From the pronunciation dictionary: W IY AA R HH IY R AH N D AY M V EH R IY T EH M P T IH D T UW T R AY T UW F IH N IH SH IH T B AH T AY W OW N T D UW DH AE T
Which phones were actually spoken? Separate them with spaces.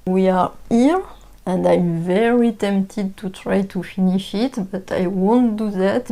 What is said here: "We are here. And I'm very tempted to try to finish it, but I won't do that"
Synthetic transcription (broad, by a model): W IY AA R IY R AH N D AY M V EH R IY T EH M P T IH D T UW T R AY T UW F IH N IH SH IH T B AH T AY W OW N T D UW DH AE T